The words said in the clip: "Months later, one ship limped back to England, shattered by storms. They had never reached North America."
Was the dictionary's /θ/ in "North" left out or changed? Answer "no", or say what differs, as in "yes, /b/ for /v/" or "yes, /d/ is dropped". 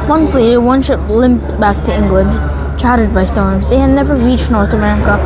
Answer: no